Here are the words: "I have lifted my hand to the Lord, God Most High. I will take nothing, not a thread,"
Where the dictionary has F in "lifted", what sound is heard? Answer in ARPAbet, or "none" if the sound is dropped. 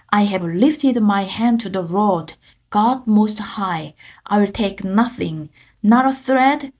F